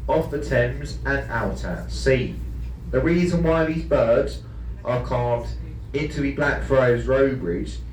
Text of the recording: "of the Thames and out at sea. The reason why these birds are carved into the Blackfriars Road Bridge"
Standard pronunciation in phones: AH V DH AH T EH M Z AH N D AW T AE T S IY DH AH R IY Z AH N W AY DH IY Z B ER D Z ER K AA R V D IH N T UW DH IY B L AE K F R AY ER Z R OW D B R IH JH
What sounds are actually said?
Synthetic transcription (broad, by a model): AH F DH AH T EH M Z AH N AW T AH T S IY DH AH R IY Z AH N W AY DH IY Z B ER D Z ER K AA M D IH N T UW DH IY B L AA K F R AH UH Z R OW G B R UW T